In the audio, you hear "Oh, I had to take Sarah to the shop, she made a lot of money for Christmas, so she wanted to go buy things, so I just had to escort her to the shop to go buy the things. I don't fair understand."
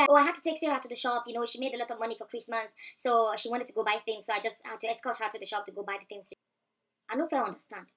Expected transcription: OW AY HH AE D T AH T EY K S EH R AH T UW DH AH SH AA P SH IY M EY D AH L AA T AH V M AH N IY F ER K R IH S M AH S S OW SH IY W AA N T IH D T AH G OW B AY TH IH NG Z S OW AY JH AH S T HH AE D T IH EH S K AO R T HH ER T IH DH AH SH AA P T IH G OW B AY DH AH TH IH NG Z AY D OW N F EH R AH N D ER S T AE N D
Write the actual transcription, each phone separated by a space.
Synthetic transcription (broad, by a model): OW AY HH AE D T AH T EY K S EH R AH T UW DH AH SH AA P SH IY M EY D AH L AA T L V M AH N IY F ER K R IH S M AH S S OW SH IY W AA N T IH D T AH G OW B AY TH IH NG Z S OW AY JH AH S T HH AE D T IH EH S K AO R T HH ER T IH DH AH SH AA P T IH G OW B AY DH AH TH IH NG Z AY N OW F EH L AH N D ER S T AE N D